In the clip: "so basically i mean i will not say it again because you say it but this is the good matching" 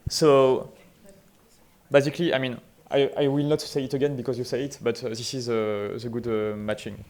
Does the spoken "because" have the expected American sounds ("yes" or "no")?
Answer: yes